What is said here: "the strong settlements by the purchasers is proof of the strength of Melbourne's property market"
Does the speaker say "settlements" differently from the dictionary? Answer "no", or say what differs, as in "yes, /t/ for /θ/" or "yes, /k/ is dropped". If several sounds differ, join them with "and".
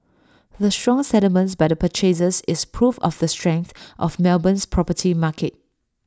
yes, /l/ is dropped